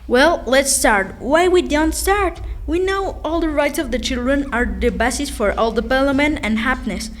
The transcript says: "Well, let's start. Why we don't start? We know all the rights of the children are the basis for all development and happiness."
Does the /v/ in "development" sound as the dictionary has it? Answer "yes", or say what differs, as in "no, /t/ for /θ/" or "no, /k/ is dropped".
no, /p/ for /v/